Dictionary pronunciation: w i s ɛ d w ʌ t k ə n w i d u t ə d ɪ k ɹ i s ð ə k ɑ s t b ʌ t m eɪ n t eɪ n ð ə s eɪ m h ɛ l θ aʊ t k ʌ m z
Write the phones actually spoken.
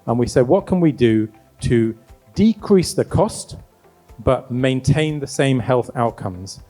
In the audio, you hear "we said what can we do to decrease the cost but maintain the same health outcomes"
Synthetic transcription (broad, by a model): w i s ɛ d w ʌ t k ə n w i d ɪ t ə d ɪ k ɹ i s ð ə k ɑ s t b ʌ t m eɪ n t eɪ n ð ə s eɪ m h ɛ l θ aʊ t k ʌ m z